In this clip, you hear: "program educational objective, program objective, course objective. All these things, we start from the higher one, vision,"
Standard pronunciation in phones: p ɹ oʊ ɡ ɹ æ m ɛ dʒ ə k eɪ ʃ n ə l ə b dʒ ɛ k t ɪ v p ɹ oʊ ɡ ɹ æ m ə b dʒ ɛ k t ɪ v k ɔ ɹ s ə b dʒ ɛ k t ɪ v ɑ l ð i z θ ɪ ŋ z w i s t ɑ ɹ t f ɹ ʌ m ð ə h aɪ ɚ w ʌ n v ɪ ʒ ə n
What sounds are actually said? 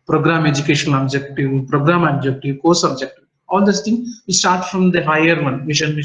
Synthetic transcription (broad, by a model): p ɹ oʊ ɡ ɹ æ m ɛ dʒ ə k eɪ ʃ ə n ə b dʒ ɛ k t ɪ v p ɹ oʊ ɡ ɹ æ m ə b dʒ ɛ k t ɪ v k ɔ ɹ s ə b dʒ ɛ k t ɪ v ɑ l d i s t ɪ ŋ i s t ɑ ɹ t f ɹ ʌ m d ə h aɪ ɚ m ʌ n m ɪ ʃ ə n